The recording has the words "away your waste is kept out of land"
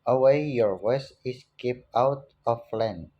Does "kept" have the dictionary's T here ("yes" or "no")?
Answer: no